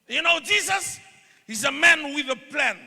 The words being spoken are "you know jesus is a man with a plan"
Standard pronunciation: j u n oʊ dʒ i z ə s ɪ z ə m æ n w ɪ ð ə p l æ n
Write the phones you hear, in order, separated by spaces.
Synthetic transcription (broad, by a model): j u n oʊ dʒ i z ə s ɪ z ə m æ n w ɪ ð ə p l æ n